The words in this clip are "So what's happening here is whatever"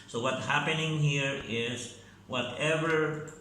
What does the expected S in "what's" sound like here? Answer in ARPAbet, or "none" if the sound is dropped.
none